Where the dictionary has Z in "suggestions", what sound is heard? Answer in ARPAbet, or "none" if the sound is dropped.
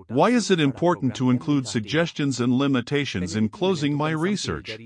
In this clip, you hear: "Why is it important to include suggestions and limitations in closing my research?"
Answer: Z